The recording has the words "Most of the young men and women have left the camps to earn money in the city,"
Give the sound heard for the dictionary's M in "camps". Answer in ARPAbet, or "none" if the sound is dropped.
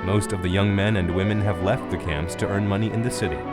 M